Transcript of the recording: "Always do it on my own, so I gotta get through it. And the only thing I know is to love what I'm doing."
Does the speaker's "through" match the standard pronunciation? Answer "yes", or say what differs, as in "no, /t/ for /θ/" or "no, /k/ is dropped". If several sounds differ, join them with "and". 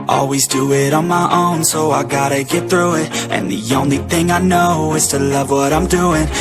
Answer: yes